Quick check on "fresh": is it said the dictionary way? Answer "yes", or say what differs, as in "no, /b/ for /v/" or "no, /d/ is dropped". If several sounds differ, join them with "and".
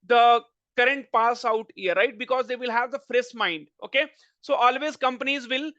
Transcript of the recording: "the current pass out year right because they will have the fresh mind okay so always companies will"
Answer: no, /s/ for /ʃ/